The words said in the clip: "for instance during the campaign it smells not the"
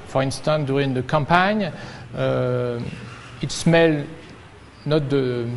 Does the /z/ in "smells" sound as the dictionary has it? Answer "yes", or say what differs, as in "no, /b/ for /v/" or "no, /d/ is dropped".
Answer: no, /z/ is dropped